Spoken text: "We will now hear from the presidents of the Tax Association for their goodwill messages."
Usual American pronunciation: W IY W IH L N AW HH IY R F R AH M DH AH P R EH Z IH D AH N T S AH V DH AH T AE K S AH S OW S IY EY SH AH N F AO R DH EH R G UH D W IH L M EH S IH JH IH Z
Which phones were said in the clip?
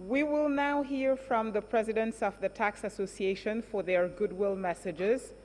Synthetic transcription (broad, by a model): W IY W IH L N AW HH IY R F R AH M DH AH P R EH Z IH D AH N T S AH V DH AH T AE K S AH S OW S IY EY SH AH N F AO R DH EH R G UH D W IH L M EH S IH JH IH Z